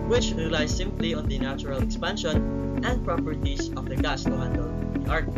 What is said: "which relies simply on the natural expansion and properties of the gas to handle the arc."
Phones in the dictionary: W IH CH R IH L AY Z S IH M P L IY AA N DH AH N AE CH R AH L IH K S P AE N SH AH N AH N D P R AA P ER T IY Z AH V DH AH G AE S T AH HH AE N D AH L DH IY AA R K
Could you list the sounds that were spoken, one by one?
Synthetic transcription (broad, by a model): W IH CH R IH L AY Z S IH M P L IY AA N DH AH N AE CH R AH L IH K S P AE N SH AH N AH N D P R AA P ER T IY S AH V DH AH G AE S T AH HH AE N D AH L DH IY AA R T